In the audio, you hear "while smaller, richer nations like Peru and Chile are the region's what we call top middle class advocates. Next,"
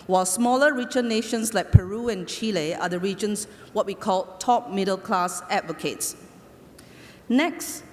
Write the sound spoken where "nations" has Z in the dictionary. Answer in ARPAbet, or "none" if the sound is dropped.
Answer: S